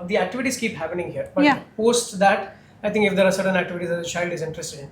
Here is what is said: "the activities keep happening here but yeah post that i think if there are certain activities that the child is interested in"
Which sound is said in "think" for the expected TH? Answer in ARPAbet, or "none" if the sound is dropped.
T